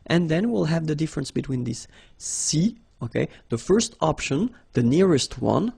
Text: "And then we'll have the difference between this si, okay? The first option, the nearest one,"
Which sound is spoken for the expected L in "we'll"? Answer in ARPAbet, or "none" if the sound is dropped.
L